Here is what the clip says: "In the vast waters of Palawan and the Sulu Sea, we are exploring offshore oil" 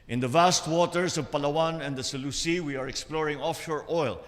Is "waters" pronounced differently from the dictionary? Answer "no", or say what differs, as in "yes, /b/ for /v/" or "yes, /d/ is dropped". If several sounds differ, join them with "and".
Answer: yes, /s/ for /z/